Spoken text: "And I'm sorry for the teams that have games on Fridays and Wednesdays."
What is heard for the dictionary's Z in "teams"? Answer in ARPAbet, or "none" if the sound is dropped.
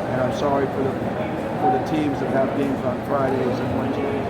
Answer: Z